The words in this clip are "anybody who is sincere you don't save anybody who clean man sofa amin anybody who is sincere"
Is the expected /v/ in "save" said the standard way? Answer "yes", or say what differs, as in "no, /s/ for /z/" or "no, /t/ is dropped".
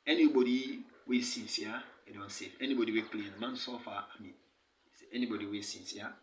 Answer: no, /f/ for /v/